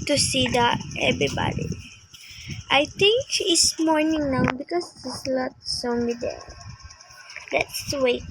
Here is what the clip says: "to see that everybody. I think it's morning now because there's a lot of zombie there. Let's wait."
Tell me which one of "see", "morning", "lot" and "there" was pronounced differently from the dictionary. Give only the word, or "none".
there